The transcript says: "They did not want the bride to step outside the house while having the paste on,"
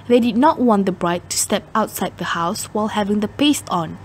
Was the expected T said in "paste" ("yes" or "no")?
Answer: yes